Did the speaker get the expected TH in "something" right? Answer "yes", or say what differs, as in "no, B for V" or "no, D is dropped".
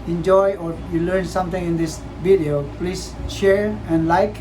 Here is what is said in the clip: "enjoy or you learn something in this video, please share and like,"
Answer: no, T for TH